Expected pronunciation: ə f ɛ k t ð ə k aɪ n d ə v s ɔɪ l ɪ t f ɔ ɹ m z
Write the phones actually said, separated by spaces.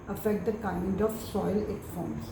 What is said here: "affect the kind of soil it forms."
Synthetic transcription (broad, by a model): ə f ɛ k t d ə k aɪ n d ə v s ɔɪ l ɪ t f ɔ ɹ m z